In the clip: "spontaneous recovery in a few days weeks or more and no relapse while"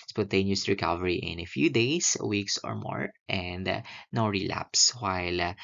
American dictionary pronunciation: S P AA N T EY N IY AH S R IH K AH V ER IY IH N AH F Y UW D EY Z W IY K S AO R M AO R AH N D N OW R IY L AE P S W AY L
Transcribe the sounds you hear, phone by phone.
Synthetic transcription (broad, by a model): S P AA N T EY N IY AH S R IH K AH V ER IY IH N AH F Y UW D EY S W IY K S AO R M AO R AH N D N OW R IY L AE P S W AY L